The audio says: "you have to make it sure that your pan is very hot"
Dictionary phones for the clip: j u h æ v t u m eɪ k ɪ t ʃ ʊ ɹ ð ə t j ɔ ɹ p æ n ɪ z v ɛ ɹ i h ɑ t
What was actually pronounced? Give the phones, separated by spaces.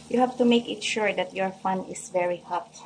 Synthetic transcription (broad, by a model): j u h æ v t u m eɪ k ɪ t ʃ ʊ ɹ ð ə t j ɔ ɹ f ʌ n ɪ s v ɛ ɹ i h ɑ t